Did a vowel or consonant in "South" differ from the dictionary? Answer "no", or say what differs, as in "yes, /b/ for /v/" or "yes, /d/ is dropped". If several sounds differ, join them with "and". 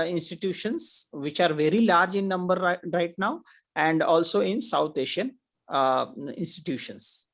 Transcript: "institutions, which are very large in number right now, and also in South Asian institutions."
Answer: yes, /t/ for /θ/